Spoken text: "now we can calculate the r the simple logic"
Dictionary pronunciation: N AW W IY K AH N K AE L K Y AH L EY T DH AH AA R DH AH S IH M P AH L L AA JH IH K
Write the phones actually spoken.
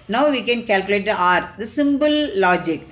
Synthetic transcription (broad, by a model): N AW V IY K AH N K AE L K Y AH L EY T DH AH AA R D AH S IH M B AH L L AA JH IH K